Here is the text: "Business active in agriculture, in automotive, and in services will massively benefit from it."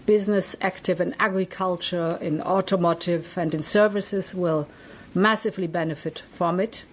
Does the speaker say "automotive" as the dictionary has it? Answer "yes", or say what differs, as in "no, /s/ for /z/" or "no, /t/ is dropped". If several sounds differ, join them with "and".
yes